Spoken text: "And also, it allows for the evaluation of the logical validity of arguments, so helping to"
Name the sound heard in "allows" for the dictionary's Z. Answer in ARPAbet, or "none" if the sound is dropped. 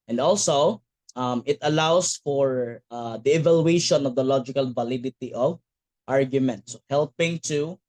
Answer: S